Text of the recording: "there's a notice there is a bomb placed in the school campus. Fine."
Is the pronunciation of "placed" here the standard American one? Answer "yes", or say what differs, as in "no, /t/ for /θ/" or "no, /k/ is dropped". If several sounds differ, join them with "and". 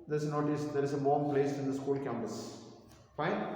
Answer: no, /t/ is dropped